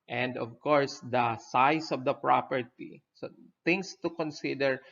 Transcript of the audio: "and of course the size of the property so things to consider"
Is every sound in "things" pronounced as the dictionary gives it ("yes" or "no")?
no